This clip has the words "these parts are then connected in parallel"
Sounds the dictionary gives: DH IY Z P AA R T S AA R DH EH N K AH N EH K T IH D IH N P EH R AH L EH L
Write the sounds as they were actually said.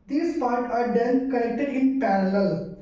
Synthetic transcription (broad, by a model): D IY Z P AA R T AA R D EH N K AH L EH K T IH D IH N P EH R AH L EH L